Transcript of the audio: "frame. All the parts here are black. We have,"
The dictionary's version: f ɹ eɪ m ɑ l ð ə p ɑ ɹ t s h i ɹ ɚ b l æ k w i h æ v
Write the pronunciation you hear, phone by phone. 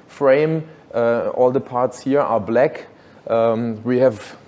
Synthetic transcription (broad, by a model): f ɹ eɪ m ɑ l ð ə p ɑ ɹ t s h i ɹ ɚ b l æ k w i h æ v